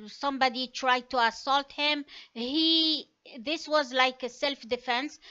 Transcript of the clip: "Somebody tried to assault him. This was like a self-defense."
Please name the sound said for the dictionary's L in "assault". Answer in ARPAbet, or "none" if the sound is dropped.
L